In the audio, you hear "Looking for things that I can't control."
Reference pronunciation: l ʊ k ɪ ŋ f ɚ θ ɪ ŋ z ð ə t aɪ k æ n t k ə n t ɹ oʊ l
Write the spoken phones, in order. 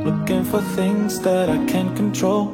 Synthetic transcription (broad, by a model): l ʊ k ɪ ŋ f ɚ θ ɪ ŋ z ð ə t aɪ k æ n k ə n t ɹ oʊ l